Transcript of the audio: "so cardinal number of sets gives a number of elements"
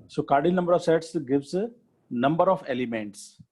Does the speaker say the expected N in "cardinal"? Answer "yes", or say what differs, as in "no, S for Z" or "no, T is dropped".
no, N is dropped